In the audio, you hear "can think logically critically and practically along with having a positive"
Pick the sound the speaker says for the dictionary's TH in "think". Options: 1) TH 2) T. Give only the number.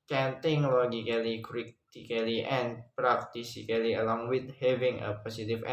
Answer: 2